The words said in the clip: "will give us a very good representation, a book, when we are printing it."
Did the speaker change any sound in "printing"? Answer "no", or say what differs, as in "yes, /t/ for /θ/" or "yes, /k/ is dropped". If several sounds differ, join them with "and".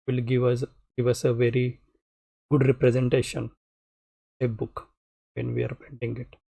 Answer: yes, /ɹ/ is dropped